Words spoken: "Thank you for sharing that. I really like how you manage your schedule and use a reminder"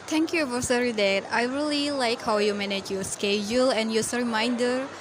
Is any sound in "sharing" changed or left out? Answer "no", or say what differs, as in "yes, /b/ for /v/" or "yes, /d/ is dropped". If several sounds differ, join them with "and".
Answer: yes, /s/ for /ʃ/